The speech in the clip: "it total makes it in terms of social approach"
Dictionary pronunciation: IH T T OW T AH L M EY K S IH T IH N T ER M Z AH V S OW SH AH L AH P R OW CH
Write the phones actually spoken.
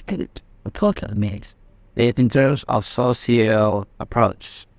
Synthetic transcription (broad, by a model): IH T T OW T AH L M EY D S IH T IH N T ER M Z AH V S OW S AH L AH P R OW CH